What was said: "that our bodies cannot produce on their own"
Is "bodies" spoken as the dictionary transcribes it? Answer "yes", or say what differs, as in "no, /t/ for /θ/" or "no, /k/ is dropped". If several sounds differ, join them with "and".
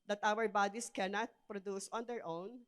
no, /s/ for /z/